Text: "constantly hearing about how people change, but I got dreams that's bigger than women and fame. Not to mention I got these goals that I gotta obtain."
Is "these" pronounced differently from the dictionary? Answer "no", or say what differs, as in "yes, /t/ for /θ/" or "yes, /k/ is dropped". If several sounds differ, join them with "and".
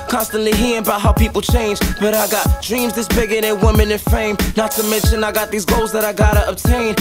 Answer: no